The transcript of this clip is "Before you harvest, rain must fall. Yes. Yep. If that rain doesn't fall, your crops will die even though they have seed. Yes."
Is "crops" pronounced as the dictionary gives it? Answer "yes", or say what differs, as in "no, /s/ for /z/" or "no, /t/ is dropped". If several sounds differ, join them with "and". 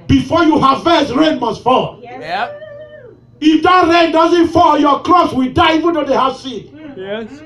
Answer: no, /p/ is dropped